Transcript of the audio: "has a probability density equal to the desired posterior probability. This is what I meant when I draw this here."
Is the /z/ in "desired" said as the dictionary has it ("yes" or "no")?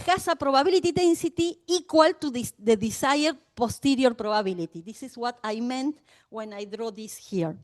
no